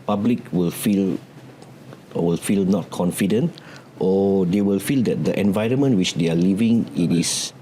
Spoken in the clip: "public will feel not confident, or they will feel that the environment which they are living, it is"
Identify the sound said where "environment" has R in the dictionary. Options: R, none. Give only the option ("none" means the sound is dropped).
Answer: R